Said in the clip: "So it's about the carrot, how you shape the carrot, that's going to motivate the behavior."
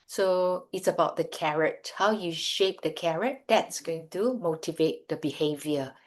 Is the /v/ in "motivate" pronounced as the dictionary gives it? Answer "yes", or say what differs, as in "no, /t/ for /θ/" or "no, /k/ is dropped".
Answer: yes